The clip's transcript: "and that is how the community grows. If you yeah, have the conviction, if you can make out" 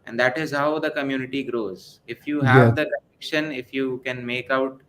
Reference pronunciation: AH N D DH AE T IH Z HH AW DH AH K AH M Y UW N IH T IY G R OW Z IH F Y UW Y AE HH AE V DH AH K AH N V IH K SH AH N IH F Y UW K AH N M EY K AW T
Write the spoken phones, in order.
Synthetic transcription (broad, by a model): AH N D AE T IH Z HH AW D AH K AH M Y UW N IH T IY G R OW Z IH F Y UW HH AE V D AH K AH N IH K SH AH N IH F Y UW K AH N M EY K AW T